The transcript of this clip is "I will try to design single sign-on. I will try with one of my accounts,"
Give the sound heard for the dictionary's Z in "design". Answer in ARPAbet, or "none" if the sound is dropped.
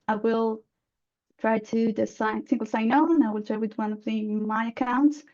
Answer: S